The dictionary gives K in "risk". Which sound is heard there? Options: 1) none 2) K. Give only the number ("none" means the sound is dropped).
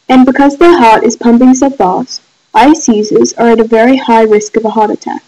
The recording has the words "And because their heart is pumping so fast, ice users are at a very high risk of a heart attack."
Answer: 2